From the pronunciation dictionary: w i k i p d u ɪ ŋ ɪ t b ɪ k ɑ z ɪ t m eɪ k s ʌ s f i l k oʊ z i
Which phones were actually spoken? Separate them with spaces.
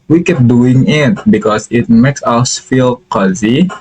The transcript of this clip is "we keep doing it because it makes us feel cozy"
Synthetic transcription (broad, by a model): w i k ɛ p d u ɪ ŋ ɪ t b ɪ k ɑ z ɪ t m eɪ k s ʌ s f i l k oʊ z i